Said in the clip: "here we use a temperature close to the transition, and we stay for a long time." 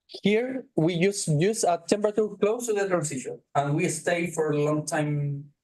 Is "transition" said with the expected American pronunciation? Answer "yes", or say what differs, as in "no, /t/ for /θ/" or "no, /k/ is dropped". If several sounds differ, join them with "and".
no, /s/ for /z/